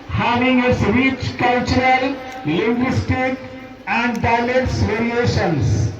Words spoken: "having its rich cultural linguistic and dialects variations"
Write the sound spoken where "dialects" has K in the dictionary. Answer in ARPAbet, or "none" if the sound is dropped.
none